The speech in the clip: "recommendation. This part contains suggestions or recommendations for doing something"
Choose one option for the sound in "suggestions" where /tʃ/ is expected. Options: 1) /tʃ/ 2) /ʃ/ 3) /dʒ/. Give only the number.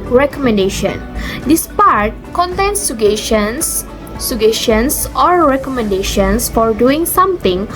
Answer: 2